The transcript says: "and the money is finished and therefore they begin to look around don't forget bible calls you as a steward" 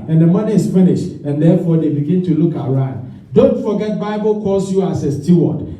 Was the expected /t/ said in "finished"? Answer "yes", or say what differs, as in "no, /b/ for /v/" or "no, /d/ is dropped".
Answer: yes